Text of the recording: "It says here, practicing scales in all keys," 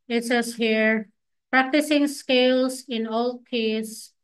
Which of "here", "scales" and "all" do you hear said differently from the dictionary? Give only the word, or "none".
scales